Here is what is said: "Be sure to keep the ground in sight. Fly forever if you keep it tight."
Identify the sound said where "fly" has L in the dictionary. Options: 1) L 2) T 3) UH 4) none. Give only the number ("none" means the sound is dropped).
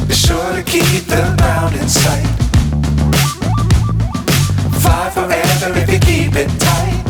4